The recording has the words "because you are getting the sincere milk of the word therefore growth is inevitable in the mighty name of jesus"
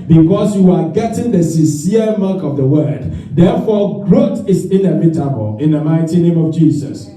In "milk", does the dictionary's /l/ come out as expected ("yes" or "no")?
no